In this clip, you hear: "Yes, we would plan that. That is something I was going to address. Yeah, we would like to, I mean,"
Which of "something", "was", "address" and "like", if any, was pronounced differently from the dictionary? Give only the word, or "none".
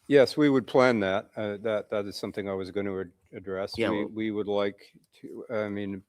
none